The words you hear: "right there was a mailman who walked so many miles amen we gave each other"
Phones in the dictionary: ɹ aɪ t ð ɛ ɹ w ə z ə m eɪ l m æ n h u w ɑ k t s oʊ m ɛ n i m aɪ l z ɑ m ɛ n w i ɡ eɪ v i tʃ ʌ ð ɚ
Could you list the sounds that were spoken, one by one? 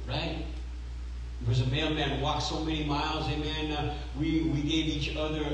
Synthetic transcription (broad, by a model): ɹ aɪ t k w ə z ə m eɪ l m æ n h w ɑ k s oʊ m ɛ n i m aɪ l z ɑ m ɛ n w i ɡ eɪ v i tʃ ʌ ð ɚ